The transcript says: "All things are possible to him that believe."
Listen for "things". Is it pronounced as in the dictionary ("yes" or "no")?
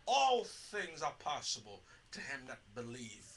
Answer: yes